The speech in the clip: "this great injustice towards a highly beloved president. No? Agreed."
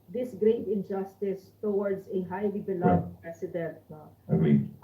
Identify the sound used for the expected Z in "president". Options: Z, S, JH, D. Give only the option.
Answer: S